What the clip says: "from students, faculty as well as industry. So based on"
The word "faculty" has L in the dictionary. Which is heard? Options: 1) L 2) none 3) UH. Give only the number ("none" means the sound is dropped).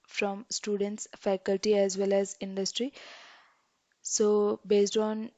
1